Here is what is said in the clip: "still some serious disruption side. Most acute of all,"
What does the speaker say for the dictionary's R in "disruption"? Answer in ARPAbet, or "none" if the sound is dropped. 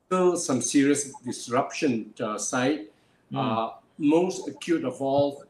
R